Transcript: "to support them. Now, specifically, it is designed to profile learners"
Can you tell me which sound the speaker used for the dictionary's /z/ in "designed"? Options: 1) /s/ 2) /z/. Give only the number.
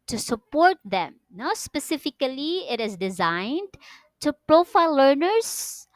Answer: 2